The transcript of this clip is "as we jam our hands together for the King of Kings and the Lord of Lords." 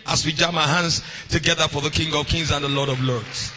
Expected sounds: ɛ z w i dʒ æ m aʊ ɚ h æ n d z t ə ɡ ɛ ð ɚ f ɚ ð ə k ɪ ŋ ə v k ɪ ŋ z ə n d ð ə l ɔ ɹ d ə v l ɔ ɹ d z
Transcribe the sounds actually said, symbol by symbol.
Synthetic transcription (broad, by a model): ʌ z w i dʒ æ m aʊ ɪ h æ n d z t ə ɡ ɛ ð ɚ f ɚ ð ə k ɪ ŋ ə v k ɪ ŋ z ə n ð ə l ɔ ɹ d ə v l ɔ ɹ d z